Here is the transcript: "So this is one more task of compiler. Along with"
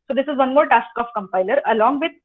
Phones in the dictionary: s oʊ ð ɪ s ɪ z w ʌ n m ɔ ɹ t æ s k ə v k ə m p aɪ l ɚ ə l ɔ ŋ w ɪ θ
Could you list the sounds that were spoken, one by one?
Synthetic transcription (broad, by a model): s oʊ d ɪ s ɪ z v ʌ n m ɔ ɹ t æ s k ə f k ə m p aɪ l ɚ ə l ɔ ŋ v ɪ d